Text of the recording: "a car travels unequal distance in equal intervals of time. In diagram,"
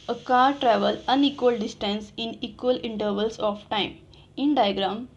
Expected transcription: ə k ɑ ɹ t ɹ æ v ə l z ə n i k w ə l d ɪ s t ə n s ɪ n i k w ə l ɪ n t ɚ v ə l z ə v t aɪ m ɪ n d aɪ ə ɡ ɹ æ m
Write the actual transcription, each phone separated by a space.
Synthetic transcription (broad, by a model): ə k ɑ ɹ t ɹ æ v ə l ə n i k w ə l d ɪ s t ə n s ɪ n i k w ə l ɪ n t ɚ v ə l s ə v t aɪ m ɪ n d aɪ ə ɡ ɹ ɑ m